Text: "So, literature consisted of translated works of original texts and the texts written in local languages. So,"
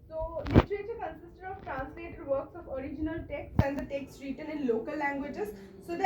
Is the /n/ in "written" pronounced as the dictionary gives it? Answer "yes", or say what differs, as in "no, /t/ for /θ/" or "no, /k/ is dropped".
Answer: no, /l/ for /n/